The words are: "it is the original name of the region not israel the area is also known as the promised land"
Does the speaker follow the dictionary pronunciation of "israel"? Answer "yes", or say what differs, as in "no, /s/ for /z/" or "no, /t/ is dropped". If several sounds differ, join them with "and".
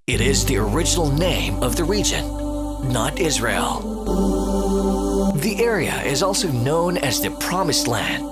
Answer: yes